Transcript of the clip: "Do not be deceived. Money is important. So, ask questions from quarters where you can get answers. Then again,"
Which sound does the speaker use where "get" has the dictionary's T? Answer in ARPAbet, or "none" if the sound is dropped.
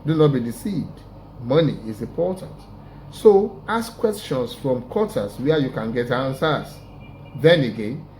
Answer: T